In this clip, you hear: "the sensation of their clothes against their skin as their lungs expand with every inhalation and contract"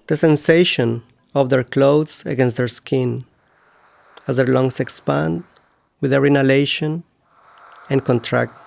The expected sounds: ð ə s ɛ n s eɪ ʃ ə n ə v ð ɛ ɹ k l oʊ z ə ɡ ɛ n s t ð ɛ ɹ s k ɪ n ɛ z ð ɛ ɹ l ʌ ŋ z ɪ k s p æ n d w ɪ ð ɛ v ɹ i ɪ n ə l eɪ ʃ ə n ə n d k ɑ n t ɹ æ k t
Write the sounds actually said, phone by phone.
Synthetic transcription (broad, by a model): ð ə s ɛ n s eɪ ʃ ə n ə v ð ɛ ɹ k l oʊ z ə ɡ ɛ n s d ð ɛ ɹ s k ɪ n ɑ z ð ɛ ɹ l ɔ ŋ s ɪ k s p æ n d w ɪ ð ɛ ɹ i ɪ n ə l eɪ ʃ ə n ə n k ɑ n t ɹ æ k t